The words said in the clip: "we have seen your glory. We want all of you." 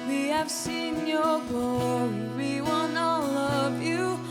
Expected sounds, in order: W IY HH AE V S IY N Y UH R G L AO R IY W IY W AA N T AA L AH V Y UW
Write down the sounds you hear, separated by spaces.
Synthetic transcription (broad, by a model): W IY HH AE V S IY N Y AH R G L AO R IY W IY W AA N AH L AH V Y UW